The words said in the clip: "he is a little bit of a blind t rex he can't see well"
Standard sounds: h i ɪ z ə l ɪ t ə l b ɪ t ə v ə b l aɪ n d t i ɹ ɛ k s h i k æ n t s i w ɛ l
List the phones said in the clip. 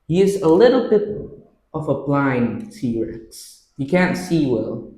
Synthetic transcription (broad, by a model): h i ɪ z ə l ɪ t l b ɪ t ə v ə b l aɪ n d s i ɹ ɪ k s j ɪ k æ n t s i w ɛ l